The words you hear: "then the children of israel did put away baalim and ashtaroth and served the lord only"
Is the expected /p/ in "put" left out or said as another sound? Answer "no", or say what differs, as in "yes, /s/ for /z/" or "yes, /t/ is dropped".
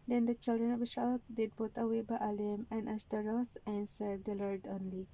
yes, /b/ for /p/